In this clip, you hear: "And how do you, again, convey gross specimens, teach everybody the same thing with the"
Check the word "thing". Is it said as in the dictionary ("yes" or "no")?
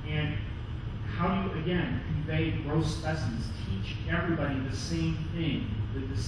yes